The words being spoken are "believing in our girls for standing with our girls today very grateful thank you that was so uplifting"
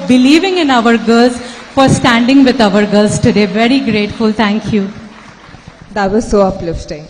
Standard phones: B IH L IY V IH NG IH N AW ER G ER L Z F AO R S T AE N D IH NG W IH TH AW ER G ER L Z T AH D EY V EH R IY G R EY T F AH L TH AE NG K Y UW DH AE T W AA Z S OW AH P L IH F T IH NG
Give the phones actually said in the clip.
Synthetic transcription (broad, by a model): B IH L IY V IH NG IH N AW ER G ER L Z F AO R S T AE N D IH NG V IH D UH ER G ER L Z T AH D EY V EH R IY G R EY T F AH L T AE NG K Y UW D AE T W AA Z S OW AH P L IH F T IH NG